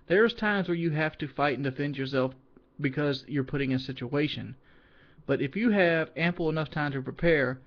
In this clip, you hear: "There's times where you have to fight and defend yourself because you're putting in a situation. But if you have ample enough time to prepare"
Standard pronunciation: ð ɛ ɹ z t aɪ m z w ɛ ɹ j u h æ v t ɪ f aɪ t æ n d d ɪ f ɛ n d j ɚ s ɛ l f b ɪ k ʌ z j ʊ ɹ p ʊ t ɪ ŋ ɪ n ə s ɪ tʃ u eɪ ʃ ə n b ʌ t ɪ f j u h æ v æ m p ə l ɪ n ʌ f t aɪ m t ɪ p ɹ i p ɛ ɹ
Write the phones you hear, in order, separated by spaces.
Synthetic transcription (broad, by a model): ð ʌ ɹ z t aɪ m z w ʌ ɹ j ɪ h æ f t ɪ f aɪ t n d d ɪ f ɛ n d j ɚ s ɛ l f b ɪ k ʌ z j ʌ ɹ p ʊ t ɪ ŋ ɪ n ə s ɪ tʃ u eɪ ʃ ə n b ʌ t ɪ f j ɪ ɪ v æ m p l ɪ n ʌ f t aɪ m t ɪ p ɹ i p ɛ ɹ